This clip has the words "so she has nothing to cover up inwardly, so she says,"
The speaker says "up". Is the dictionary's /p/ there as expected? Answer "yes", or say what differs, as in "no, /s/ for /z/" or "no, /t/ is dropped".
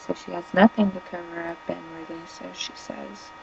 no, /b/ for /p/